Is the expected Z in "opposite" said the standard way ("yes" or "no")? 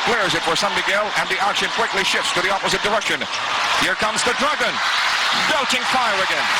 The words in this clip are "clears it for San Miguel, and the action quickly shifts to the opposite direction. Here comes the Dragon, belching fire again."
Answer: yes